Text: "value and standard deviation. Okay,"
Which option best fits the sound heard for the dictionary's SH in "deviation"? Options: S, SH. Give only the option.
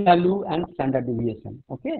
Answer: S